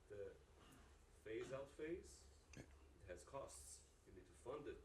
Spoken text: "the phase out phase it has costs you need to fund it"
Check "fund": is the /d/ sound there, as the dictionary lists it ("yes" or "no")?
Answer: yes